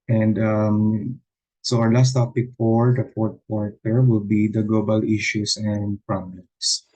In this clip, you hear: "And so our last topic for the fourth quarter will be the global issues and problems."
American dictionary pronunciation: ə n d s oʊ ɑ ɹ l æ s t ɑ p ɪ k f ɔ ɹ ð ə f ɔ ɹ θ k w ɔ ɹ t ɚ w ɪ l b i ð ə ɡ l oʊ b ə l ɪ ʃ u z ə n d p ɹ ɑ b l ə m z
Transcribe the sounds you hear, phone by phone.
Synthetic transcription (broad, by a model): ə n d s oʊ ɑ ɹ l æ s t ɑ p ɪ k f ɔ ɹ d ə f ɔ ɹ t k w ɔ ɹ t ɚ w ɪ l b i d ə ɡ l oʊ b ə l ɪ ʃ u s ə n d p ɹ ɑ b l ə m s